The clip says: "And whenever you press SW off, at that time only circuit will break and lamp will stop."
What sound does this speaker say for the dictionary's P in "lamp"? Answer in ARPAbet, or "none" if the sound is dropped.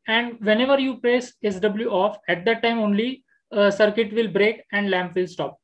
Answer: P